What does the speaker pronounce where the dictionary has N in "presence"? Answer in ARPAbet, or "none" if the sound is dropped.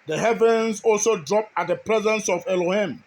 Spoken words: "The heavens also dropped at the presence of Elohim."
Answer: N